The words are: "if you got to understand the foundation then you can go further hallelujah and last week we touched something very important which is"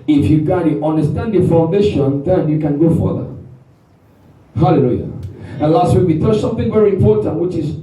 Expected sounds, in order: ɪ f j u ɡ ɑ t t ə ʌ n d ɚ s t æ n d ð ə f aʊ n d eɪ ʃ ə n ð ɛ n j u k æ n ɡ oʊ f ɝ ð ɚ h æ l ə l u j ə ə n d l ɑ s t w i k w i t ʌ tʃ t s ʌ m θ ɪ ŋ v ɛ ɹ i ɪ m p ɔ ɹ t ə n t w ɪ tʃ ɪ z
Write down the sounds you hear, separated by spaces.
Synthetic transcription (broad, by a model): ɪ f j u ɡ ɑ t t ə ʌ n d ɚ s t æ n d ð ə f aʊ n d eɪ ʃ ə n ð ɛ n j u k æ n ɡ oʊ f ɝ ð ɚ h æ l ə l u j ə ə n l ɑ s t w i k w i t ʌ s ʌ m θ ɪ ŋ v ɛ ɹ i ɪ m p ɔ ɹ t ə n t w ɪ tʃ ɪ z